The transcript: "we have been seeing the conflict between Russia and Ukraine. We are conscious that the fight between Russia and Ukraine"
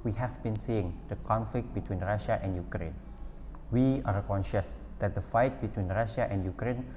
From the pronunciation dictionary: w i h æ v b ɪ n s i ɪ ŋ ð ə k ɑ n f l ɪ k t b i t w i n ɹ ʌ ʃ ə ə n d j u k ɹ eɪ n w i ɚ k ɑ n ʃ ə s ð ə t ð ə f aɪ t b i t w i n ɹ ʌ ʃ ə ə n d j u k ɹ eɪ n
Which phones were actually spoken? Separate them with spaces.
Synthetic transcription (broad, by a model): w i h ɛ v b ɪ n s i ɪ ŋ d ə k ɑ n f l ɪ k t b i t w i n ɹ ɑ ʃ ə ə n d j u k ɹ eɪ n w i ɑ k ɑ n ʃ ə s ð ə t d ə f aɪ t b i t w i n ɹ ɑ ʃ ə ə n d j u k ɹ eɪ n